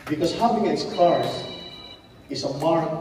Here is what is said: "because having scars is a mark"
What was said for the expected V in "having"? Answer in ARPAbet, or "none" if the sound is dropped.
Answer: P